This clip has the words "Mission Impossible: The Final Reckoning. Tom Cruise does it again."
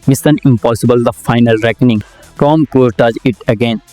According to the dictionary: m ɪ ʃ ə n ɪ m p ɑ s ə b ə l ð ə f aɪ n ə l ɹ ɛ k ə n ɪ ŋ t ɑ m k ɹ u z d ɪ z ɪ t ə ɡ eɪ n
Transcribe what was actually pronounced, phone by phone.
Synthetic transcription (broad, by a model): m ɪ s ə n ɪ m p ɑ s ə b ə l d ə f aɪ n ə l ɹ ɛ k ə n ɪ ŋ t ɑ m k u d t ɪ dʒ ɪ t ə ɡ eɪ n